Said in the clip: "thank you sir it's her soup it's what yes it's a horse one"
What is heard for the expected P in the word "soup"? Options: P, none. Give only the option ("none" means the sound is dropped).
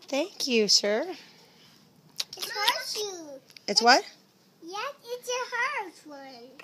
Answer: none